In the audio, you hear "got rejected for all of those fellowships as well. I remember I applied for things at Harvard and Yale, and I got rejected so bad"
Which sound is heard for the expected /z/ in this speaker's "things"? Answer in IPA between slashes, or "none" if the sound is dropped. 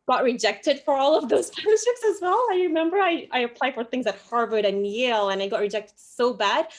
/z/